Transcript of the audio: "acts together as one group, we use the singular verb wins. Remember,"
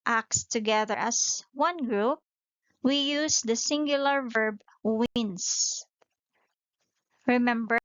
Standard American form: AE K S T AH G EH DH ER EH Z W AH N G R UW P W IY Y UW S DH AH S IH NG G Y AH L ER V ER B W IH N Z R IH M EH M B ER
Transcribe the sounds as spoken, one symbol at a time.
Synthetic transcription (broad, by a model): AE K S T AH G EH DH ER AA S W AH N G R UW P W IY Y UW S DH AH S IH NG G Y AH L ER V ER B W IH N S R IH M EH M B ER